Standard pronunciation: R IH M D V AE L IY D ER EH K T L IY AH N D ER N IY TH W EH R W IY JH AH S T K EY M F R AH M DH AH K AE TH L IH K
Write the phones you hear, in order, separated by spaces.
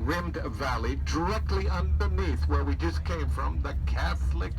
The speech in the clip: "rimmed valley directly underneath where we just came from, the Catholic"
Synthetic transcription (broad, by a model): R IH M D V AE L IY D ER EH K T L IY AH N D ER N IY TH W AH R W IY JH AH S K EY M F R AH M DH AH K AE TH L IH K